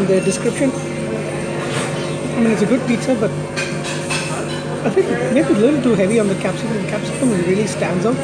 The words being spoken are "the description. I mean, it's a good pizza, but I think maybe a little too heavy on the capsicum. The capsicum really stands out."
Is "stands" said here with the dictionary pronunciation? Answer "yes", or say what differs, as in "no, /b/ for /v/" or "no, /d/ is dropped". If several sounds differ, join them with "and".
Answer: yes